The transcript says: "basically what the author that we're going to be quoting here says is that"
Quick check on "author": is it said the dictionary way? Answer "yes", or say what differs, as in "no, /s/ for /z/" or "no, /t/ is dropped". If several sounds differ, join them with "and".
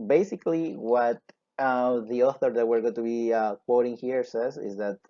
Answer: yes